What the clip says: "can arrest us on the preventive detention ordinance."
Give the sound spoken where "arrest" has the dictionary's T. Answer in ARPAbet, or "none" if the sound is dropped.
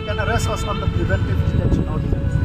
none